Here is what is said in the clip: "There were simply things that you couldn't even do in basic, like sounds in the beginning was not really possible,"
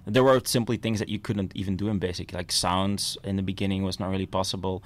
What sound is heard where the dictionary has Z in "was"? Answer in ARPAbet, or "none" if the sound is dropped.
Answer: Z